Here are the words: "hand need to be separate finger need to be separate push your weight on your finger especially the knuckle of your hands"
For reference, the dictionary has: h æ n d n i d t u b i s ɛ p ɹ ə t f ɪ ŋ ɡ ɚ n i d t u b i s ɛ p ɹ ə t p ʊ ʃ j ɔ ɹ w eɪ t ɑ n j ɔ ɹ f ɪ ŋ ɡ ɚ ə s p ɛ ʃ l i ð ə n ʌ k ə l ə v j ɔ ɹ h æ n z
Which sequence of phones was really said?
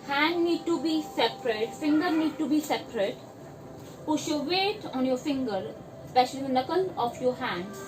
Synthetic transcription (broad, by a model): h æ n d n i d t u b i s ɛ p ɹ ə t f ɪ ŋ ɡ ɚ n i d t u b i s ɛ p ɹ ə t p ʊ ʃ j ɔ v eɪ t ɑ n j ɔ ɹ f ɪ ŋ ɡ ɚ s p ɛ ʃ i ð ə n ʌ k ə l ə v j ɔ ɹ h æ n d